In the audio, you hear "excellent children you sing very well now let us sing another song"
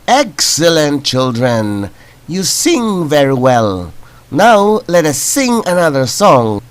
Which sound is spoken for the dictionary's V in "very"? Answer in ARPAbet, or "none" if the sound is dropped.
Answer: V